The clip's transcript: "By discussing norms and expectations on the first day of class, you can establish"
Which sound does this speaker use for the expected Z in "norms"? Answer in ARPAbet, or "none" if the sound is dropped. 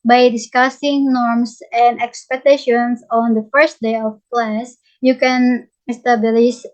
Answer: S